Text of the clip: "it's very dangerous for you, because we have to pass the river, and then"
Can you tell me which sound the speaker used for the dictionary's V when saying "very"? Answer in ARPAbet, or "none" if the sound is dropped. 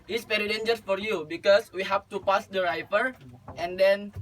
P